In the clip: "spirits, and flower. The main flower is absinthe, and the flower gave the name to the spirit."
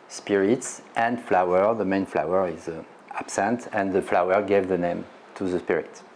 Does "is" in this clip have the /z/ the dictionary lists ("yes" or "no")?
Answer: yes